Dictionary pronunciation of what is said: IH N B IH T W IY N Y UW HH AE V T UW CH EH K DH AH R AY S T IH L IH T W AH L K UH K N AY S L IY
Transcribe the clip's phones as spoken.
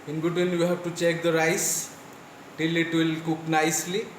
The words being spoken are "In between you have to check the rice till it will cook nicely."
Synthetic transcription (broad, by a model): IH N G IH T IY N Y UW HH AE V T UW CH EH K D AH R AY S T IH L IH T W AH L K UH K N AY S L IY